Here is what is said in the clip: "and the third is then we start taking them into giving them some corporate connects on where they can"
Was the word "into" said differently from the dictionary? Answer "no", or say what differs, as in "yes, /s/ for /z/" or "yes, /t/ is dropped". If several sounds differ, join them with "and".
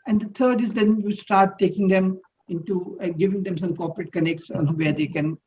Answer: no